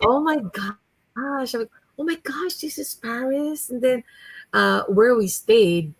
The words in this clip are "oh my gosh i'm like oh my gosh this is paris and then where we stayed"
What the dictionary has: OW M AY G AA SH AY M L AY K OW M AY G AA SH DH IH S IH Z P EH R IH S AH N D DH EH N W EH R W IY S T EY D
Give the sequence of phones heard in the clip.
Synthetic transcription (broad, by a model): OW M AY G AA SH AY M L AY K OW M AY G AA SH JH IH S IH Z P EH R IH S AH N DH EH N W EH R W IY S T EY D